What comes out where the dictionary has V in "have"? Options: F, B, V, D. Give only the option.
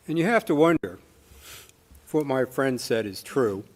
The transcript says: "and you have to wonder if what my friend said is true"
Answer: F